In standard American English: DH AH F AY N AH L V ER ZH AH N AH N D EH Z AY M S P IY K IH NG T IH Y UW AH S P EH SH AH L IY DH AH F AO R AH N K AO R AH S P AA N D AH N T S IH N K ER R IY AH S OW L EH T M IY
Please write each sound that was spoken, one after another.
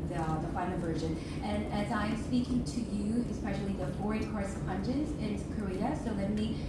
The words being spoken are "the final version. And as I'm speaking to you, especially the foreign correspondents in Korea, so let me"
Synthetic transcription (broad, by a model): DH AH F AY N L V ER ZH AH N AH N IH Z AY M S P IY K IH NG T IH Y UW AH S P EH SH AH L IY DH AH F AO R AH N K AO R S AH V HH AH N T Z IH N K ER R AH S OW L EH T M IY